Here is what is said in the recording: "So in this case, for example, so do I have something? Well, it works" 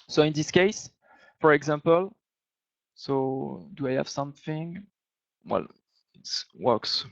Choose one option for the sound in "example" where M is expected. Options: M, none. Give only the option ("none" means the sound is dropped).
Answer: M